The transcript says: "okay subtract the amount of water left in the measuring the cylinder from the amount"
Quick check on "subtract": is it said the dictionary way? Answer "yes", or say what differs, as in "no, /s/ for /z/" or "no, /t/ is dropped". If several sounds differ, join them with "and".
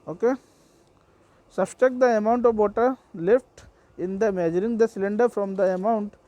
no, /ɹ/ is dropped